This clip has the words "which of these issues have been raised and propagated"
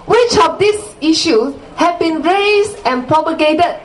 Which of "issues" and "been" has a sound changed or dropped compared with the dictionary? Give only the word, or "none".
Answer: issues